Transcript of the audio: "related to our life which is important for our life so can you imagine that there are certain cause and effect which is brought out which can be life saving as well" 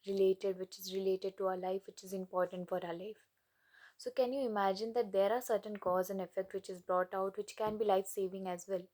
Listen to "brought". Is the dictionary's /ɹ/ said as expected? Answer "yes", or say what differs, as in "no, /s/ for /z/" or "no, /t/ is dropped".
yes